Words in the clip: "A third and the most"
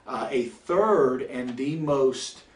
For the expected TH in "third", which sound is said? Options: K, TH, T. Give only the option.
TH